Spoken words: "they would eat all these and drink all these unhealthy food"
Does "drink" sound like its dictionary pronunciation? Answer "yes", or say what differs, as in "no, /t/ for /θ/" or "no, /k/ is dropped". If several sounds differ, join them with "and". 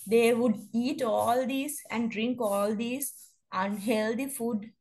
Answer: yes